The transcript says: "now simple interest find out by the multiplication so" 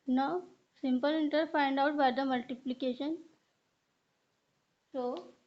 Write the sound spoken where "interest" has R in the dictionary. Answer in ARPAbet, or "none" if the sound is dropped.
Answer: none